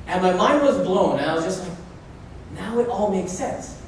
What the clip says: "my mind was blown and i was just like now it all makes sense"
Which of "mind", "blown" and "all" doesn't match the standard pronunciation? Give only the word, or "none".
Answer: none